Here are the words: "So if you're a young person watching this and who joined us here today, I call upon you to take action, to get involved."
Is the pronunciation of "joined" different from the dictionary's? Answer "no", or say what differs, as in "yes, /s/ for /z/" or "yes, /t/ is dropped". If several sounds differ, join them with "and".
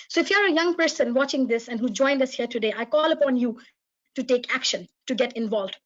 no